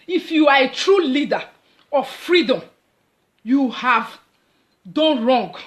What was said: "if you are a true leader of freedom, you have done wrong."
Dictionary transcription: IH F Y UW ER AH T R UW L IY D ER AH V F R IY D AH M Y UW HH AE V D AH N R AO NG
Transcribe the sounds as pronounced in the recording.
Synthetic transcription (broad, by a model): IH F Y UW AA AH T R UW L IY D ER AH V F R IY D AH M Y UW HH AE V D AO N R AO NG